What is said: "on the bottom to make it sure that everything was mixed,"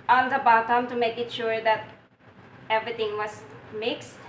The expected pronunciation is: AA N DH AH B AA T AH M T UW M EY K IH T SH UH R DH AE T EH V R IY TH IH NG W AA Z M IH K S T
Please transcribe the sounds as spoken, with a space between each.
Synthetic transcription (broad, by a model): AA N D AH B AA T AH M T UW M EY K IH T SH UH R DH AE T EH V R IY T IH NG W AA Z M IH K S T